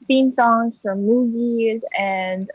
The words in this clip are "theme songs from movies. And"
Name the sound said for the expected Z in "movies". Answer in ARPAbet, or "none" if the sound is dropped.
Z